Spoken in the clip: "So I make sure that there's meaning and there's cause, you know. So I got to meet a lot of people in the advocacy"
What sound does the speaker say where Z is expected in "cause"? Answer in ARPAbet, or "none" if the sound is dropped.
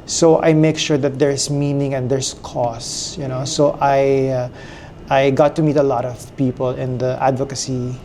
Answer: S